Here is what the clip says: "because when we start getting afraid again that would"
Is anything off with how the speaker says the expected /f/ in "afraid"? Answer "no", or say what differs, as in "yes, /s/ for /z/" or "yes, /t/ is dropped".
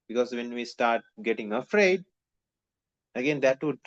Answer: no